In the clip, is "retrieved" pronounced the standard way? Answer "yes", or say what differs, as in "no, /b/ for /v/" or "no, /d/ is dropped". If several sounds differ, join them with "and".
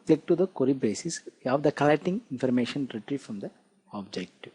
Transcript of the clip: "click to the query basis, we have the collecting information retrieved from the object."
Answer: no, /f/ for /v/